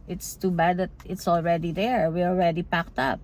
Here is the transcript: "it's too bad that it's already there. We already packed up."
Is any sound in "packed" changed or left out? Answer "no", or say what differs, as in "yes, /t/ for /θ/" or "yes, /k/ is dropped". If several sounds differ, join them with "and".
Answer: no